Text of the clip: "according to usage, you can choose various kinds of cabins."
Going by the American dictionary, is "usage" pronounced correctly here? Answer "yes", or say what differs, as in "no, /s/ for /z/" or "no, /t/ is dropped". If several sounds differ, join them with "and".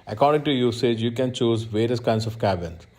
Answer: yes